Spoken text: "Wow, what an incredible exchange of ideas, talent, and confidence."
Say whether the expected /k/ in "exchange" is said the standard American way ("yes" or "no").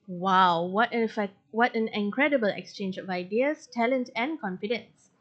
yes